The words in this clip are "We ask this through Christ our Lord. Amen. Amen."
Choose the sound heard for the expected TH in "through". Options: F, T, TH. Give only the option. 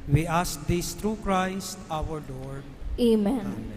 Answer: T